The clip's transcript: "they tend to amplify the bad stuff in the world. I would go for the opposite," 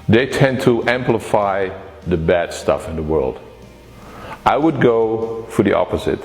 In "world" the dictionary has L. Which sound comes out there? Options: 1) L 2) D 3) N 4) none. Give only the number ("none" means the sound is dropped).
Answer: 1